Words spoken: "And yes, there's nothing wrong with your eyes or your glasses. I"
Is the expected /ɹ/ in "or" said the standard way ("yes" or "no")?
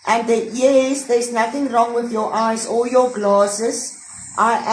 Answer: no